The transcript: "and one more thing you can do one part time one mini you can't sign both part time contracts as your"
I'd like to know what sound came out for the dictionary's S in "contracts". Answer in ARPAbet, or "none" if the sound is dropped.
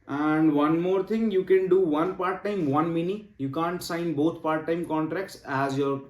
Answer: S